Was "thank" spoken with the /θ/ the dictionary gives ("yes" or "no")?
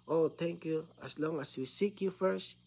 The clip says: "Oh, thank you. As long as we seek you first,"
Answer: no